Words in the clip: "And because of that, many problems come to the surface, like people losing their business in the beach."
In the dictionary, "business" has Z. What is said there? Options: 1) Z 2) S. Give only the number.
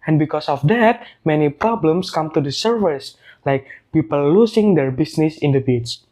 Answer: 2